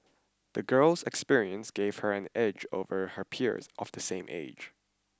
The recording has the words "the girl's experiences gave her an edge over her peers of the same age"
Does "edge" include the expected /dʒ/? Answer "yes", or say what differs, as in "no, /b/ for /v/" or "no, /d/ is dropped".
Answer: yes